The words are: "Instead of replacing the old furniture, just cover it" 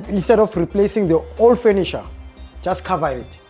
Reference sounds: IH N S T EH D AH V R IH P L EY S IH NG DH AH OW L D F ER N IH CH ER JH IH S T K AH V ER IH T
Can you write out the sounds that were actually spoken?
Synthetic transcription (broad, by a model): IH N S T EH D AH F R IH P L EY S IH NG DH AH OW L D F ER N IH SH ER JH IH S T K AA V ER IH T